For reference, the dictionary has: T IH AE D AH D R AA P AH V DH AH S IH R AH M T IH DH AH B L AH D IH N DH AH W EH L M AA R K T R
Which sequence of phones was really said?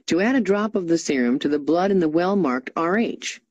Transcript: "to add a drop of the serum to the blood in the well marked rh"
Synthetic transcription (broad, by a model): T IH AE D AH D R AA P AH V DH AH S IH R AH M T IH DH AH B L AH D IH N DH AH W EH L M AA R K T R